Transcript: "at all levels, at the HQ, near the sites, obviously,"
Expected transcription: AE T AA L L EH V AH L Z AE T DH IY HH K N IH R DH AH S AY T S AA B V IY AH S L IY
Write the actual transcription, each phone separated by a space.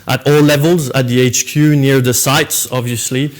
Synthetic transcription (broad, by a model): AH T AA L L EH V AH L Z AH T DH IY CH K N IH R DH AH S AY T S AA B V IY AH S L IY